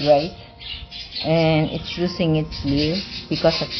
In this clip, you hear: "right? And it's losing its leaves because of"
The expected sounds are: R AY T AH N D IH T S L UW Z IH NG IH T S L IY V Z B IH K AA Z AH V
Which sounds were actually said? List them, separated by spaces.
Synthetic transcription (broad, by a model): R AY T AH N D IH T S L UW S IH NG IH T S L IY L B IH K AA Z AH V